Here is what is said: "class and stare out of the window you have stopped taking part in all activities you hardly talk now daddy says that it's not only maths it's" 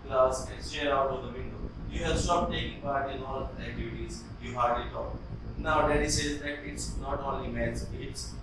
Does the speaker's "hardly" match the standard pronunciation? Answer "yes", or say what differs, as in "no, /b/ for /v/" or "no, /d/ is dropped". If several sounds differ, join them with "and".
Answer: no, /l/ is dropped